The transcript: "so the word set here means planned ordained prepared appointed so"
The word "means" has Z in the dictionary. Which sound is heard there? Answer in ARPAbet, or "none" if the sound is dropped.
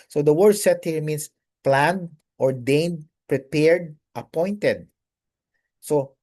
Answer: S